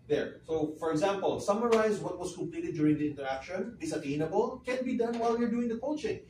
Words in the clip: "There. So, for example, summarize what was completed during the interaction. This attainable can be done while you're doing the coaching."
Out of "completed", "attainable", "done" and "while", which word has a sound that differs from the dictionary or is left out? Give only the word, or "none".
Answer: none